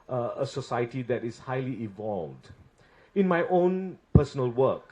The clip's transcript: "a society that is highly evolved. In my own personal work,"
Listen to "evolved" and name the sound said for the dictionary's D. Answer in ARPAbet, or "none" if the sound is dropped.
D